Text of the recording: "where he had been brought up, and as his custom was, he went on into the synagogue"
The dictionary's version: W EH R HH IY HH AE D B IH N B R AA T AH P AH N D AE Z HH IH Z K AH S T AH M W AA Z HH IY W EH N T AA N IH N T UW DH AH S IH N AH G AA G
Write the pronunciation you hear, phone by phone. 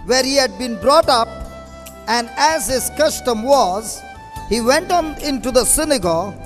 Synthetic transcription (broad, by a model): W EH R HH IY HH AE D B IH N B R AA T AH P AH N D AE Z HH IH Z K AH S T AH M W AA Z HH IY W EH N T AA N IH N T UW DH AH S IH N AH G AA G